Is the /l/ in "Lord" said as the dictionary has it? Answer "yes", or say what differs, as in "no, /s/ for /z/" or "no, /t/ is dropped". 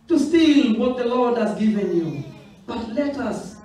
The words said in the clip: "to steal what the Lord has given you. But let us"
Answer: yes